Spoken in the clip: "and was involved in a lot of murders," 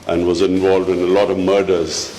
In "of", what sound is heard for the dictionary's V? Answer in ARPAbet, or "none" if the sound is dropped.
V